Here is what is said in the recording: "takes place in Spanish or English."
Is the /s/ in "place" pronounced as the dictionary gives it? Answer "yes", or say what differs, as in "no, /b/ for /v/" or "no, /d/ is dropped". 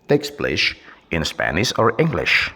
no, /ʃ/ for /s/